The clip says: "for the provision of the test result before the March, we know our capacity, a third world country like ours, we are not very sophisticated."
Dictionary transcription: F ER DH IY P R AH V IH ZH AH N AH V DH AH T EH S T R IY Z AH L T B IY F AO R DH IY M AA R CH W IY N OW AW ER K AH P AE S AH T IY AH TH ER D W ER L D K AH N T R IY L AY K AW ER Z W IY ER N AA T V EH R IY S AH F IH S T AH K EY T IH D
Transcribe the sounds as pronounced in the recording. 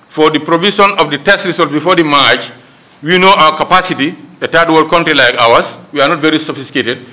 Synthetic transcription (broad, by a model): F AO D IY P R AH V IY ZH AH N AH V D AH T EH S T R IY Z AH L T B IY F AO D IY M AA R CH W IY N OW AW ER K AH P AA S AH T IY AH T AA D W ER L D K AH N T R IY L AY K AW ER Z W IY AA N AA T V EH R IY S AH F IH S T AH K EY T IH D